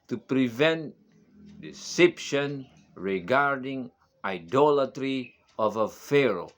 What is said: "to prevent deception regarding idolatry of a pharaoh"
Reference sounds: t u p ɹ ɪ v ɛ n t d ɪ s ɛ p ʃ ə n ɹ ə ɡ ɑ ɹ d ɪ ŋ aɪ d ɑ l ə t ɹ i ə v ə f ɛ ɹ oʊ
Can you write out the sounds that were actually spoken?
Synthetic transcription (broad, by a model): t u p ɹ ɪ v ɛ n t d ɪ s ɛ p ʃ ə n ɹ ə ɡ ɑ ɹ d ɪ ŋ aɪ d ɑ l ə t ɹ i ə v ə f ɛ ɹ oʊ